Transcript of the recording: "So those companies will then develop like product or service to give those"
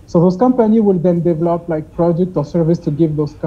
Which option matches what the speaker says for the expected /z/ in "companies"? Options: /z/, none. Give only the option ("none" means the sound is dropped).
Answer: none